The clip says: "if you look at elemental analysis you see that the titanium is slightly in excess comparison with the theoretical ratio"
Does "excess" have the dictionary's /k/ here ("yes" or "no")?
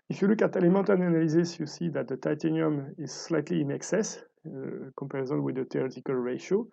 yes